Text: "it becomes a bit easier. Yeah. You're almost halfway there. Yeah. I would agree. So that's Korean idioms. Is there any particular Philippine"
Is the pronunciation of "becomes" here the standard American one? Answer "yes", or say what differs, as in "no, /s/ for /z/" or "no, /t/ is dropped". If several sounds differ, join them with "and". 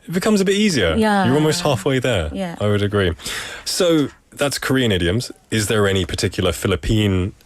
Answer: yes